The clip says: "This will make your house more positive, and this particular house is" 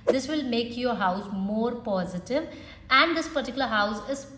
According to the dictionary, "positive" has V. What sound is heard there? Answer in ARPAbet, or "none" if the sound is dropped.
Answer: V